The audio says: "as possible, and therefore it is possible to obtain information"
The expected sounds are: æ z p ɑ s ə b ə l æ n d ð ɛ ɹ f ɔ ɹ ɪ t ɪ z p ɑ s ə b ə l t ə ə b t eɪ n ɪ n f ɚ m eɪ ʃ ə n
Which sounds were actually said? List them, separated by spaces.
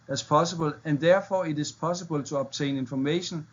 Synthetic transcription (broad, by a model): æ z p ɑ s ə b ə l æ n d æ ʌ f ɔ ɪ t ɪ s p ɑ s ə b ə l s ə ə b s eɪ n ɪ n f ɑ m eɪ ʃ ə n